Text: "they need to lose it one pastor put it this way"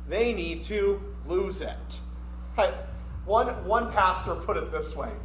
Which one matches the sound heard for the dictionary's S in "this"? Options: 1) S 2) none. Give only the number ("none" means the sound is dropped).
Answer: 1